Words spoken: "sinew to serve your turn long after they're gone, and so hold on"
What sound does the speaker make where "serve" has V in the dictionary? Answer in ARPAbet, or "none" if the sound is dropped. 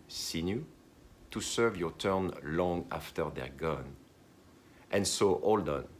V